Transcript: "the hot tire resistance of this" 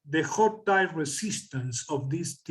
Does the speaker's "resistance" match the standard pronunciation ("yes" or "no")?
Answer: no